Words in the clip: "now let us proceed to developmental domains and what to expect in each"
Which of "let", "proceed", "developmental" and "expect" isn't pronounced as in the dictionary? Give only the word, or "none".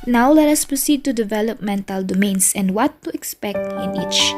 none